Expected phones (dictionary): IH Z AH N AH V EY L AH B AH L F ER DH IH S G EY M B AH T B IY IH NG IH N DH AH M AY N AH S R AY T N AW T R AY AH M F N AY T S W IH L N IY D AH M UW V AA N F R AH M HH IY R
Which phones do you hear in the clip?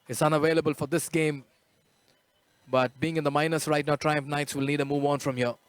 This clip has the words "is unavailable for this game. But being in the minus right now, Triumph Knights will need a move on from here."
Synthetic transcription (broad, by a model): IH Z AH N AH V EY L AH B AH L F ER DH IH S G EY M B AH T B IY IH NG IH N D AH M AY N AH S R AY T N AW T R AY AH M F N AY T S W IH L N IY D AH M UW V AA N F R AH M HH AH